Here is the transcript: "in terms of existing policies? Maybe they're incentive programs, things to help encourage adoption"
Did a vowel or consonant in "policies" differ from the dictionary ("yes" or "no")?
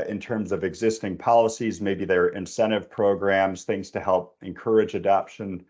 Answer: no